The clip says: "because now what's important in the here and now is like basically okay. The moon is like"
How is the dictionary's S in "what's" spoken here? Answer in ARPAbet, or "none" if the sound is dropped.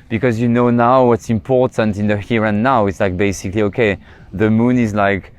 S